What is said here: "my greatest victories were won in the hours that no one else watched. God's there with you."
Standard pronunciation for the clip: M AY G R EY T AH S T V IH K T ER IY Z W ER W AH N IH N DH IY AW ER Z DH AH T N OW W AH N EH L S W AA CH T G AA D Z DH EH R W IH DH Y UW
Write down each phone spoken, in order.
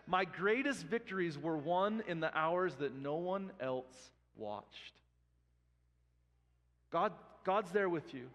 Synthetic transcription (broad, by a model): M AY G R EY T AH S T V IH K T ER IY Z W ER W AH N IH N DH IY AW ER Z DH AH T N OW W AH N EH L S W AA CH T G AA D Z DH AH R W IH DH Y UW